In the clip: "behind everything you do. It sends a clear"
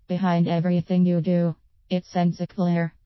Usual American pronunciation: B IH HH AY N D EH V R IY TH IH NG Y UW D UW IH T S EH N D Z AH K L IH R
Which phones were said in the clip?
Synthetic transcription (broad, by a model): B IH HH AY N D EH V R IY TH IH NG Y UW D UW IH T S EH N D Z AH K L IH R